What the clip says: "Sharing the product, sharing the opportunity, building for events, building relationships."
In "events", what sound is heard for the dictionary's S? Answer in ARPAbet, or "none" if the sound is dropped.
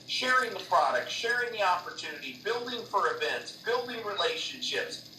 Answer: S